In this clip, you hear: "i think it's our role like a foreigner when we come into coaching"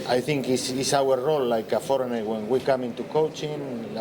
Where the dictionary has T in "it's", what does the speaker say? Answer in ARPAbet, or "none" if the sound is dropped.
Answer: S